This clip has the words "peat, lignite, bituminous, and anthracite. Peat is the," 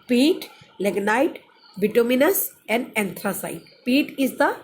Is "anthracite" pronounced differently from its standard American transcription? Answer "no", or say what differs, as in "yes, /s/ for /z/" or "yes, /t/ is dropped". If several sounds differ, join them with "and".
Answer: yes, /t/ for /θ/